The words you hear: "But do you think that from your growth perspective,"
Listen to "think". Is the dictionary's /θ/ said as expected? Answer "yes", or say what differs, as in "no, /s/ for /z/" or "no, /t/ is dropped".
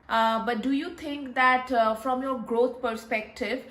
no, /t/ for /θ/